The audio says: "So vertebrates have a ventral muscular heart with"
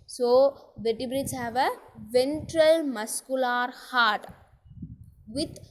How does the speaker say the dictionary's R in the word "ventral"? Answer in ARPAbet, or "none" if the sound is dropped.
R